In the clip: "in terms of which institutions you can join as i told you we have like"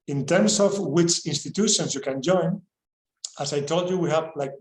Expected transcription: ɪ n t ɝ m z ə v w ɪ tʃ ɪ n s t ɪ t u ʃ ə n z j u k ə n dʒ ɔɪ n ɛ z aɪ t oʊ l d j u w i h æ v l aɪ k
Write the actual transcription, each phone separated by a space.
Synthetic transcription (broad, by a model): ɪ n t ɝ m s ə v w ɪ tʃ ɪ n s t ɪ t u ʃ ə n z j u k ə n dʒ ɔɪ n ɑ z aɪ t oʊ l d j u w i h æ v l aɪ k